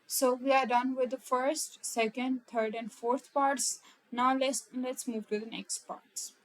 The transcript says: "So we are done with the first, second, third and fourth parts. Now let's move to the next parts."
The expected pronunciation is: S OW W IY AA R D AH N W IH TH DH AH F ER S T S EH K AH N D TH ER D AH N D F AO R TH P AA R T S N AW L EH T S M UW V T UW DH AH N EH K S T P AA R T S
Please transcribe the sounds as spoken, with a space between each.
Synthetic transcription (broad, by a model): S OW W IY AA R D AH N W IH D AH F ER S T S EH K AH N D T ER D AH N D F AO R T P AA R T S N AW L EH T S M UW V T UW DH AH N EH K S T P AA R T S